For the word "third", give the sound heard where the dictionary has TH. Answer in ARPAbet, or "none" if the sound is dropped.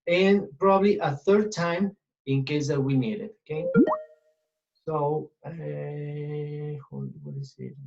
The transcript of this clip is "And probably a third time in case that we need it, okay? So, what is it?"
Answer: TH